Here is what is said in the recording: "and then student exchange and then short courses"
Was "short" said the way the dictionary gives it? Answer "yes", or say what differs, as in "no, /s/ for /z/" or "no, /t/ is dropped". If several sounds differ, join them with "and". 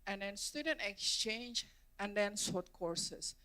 no, /s/ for /ʃ/